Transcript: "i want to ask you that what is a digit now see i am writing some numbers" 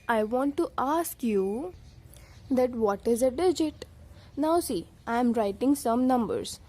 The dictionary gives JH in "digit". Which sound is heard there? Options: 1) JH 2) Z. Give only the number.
1